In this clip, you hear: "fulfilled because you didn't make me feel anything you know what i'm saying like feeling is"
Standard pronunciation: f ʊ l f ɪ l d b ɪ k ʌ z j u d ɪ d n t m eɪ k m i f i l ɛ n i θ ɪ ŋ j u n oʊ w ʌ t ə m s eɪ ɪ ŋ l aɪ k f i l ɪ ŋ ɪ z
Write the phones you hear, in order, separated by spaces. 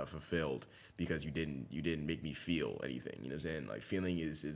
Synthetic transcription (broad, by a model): f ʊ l f ɪ l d b ɪ k ʌ z j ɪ d ɪ d n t m eɪ k m i f i l ɛ n i θ ɪ ŋ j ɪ n oʊ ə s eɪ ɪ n l aɪ k f i l ɪ ŋ ɪ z